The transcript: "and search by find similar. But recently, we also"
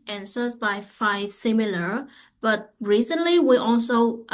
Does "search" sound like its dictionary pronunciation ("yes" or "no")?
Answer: no